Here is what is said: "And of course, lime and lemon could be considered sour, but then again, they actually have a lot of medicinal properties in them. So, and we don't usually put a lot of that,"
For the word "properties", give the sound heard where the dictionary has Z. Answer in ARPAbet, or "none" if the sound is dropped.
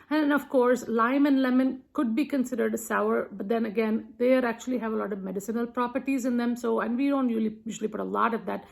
Z